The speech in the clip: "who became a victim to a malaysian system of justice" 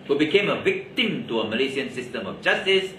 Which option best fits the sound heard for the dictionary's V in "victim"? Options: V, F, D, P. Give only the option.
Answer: V